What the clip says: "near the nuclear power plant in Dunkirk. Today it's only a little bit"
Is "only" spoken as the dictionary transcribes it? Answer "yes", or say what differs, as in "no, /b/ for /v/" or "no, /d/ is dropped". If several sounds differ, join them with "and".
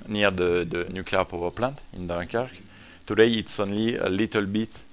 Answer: yes